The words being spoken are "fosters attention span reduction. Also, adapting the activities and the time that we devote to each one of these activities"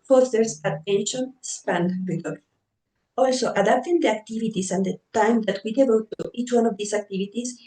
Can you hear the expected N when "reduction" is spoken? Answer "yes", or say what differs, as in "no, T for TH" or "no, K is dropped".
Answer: no, L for N